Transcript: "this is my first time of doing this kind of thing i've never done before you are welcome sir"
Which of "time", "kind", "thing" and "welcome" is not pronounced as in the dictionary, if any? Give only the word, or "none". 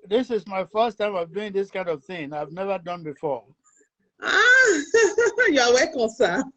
welcome